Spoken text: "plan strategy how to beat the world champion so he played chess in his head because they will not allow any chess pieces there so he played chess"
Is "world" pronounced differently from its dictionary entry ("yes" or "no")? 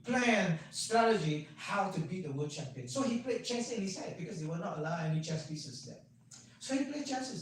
yes